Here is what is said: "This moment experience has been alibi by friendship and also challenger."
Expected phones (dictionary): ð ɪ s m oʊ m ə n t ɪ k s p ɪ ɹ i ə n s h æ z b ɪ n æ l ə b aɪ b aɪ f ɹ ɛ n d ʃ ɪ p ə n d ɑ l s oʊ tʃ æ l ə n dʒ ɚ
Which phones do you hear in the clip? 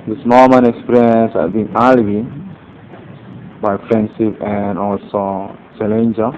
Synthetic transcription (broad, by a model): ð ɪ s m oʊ m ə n ɪ k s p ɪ ɹ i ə n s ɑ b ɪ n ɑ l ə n b aɪ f ɹ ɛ n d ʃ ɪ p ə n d ɑ l s oʊ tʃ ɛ l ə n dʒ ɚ